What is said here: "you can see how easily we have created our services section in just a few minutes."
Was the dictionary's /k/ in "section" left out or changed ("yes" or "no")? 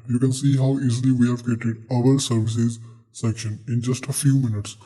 no